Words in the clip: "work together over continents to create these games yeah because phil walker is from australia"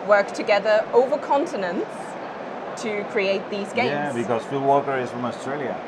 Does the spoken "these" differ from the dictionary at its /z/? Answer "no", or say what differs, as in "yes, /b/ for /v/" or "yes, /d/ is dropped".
no